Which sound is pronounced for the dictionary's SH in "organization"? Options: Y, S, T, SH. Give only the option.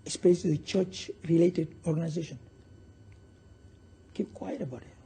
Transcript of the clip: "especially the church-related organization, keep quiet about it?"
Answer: SH